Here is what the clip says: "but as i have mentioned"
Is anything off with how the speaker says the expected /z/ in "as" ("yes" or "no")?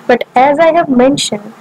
no